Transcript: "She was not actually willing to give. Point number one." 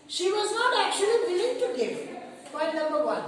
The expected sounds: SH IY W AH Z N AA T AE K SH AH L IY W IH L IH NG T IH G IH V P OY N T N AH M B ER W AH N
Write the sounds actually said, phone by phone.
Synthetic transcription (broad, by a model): SH IY W AH Z N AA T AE K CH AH L IY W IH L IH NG T IH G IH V B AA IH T N AH M B ER W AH N